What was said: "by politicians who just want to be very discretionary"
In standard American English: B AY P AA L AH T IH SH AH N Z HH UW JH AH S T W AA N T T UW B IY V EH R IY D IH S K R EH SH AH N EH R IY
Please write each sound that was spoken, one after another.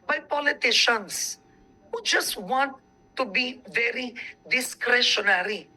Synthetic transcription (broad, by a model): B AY P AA L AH T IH SH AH N S HH UW JH AH S T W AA N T T UW B IY V EH R IY D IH S K R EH SH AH N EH R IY